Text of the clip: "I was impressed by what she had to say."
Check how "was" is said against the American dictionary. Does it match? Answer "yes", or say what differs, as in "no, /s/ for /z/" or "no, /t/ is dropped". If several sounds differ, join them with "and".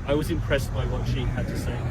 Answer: yes